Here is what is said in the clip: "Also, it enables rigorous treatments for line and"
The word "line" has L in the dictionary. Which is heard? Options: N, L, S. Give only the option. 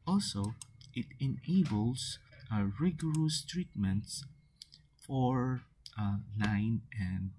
N